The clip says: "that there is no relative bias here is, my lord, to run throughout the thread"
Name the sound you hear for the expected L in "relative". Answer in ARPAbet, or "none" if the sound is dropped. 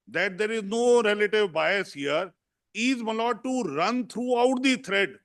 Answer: L